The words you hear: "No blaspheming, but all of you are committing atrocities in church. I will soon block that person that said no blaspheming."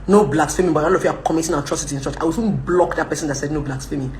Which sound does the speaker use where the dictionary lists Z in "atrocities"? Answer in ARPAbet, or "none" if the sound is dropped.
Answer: none